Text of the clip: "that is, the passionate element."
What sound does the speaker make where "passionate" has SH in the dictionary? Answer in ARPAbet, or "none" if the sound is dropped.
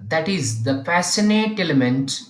S